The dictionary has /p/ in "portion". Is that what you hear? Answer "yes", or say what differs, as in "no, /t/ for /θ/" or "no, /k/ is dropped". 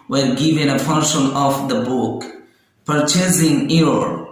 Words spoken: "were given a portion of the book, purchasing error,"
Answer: no, /f/ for /p/